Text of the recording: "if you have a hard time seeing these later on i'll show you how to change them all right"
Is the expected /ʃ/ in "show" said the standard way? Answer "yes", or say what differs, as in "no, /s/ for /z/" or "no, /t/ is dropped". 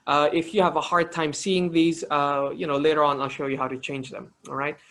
yes